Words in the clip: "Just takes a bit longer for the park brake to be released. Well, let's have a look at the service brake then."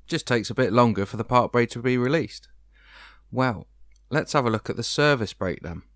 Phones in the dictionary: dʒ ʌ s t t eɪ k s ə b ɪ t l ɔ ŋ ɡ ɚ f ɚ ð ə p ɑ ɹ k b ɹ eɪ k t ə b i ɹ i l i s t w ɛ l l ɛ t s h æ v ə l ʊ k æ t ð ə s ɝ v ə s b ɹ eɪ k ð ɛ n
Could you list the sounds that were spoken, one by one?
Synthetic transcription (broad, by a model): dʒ ʌ s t t eɪ k s ə b ɪ t l ɔ ŋ ɡ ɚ f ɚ ð ə p ɑ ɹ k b ɹ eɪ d t ə b i ɹ i l i s t w ɛ l l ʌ t s h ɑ v ə l ʊ k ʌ t ð ə s ɝ v ə s b ɹ eɪ k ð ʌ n